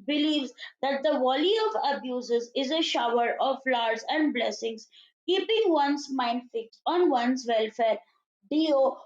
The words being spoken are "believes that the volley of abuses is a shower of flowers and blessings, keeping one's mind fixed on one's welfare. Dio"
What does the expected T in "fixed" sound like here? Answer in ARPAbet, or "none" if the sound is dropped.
none